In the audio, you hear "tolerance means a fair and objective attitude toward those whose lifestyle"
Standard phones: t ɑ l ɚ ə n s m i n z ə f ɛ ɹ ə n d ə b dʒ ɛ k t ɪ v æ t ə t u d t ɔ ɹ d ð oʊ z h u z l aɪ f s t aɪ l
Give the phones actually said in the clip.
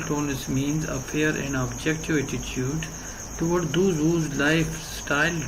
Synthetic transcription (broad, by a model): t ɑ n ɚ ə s m i n z ə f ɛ ɹ ə n d ə b dʒ ɛ k t ɪ v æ t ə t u d t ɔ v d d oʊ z h u z l aɪ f s t aɪ l